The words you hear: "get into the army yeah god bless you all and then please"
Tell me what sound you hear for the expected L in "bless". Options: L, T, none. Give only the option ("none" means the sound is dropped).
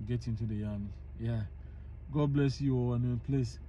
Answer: L